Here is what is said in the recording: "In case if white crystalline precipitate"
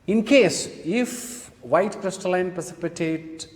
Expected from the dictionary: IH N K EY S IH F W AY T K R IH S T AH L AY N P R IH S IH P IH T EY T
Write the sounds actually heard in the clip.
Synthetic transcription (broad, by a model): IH N K EY S IH F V AY T K R IH S T AH L AY N P R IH S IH P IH T EY T